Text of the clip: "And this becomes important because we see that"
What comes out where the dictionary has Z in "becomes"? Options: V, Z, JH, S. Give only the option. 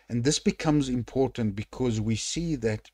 Z